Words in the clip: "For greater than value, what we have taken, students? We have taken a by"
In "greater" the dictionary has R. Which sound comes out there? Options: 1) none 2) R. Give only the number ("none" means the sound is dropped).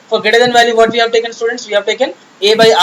1